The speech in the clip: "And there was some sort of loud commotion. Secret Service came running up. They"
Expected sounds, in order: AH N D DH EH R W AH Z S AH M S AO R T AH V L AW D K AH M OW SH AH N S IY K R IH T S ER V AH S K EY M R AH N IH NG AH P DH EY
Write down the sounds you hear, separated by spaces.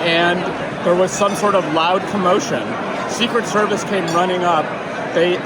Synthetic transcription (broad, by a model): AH N DH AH R W AH Z S AH M S AO R T AH V L AW D K AH M OW SH AH N S IY K R IH T S ER V AH S K EY M R AH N IH NG AH P DH EY